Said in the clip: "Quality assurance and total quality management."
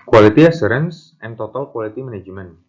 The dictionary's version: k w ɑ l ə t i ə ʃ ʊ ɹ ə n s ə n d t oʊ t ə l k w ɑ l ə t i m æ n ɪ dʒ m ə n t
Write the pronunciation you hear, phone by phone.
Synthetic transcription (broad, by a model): k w ɑ l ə t i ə s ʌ ɹ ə n s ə n t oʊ t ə l k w ɑ l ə t i m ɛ n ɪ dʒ m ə n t